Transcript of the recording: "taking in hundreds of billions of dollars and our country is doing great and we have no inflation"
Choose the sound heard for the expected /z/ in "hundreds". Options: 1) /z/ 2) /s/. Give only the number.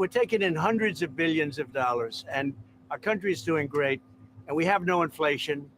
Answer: 1